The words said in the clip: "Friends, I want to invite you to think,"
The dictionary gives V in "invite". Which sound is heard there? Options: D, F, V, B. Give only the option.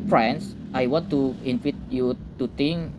F